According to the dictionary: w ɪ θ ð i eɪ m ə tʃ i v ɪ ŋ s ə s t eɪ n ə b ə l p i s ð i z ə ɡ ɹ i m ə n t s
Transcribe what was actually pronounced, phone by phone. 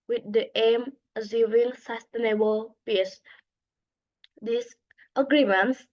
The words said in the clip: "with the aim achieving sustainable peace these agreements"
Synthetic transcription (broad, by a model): w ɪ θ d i eɪ m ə s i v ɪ ŋ s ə s t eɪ n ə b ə l p i s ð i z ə ɡ ɹ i m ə n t s